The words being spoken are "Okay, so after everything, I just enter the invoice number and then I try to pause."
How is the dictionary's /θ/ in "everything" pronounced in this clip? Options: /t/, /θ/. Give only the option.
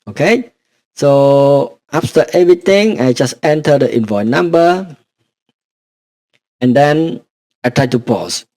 /t/